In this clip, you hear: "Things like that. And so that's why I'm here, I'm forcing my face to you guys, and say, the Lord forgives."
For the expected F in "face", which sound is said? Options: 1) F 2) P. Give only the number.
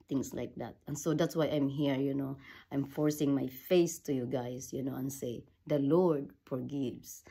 1